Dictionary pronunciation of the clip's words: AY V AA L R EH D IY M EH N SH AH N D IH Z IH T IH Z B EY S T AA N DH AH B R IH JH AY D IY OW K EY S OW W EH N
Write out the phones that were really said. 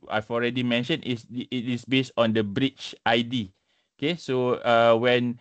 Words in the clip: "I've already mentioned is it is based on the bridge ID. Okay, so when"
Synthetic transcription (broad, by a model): AY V AA L R EH D IY M EH N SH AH N IH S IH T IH S B EY S T AA N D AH B R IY CH AY D IY OW K EY S OW W EH N